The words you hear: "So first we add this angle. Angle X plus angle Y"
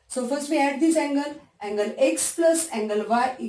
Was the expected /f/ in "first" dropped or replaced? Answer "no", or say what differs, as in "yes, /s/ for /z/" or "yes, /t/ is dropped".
no